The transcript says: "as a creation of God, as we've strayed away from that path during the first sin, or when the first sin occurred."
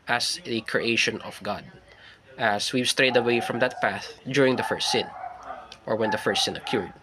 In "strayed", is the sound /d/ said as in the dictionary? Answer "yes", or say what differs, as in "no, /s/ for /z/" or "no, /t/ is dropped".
yes